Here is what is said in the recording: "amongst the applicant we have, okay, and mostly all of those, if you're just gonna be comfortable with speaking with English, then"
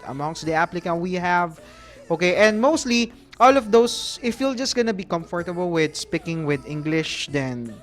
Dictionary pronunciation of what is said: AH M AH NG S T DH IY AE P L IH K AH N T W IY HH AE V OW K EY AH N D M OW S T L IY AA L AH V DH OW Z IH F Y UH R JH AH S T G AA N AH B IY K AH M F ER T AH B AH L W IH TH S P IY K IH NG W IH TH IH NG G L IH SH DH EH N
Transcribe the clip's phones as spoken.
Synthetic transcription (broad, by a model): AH M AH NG S T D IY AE P L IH K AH N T W IY HH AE V OW K EY AH N D M OW S T L IY AA L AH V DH OW S IH F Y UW L JH AH S T G AA N AH B IY K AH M F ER T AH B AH L W IH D S P IY K IH NG W IH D IH NG G L IH SH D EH N